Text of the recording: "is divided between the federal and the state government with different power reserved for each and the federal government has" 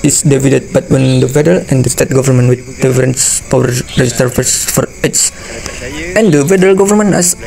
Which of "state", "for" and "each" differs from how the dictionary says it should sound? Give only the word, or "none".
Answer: each